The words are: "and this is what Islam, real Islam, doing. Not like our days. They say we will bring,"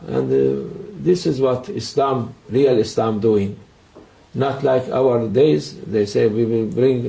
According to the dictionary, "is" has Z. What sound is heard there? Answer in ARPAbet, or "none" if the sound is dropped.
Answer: Z